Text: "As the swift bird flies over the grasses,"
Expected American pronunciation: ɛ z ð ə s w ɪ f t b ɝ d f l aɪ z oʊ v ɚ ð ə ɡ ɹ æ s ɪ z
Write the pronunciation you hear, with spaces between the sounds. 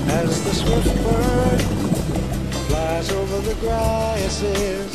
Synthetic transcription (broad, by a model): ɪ z ð ə s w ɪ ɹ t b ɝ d f l aɪ z oʊ v ɚ ð ə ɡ ɹ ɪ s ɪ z